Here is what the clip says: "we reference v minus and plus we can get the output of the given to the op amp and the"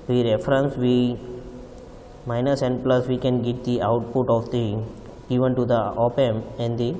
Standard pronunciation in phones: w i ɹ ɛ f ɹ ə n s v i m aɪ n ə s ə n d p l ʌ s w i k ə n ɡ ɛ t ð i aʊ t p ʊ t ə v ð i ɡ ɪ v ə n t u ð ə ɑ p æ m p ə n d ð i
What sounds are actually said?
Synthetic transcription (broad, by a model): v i ɹ ɛ f ɹ ə n s v i m aɪ n ə s ə n d p l ʌ s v i k ə n ɡ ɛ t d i aʊ t p ʊ t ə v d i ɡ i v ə n t u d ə ɑ p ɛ m ə n d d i